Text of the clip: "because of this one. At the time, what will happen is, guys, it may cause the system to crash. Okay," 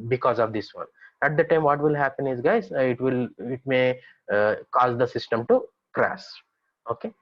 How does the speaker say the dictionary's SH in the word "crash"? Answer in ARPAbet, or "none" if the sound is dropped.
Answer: S